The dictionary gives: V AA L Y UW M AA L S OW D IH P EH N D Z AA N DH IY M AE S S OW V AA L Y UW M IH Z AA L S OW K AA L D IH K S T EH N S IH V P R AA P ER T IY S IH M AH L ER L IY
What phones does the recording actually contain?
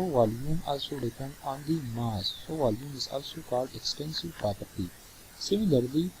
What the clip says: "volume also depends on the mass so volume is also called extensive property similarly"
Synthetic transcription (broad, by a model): V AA L Y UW M AA L S OW D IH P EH N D AA N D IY M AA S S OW V AA L Y UW M IH Z AA L S OW K AA L D IH K S T EH N S IH V P R AA P ER T IY S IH M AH L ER L IY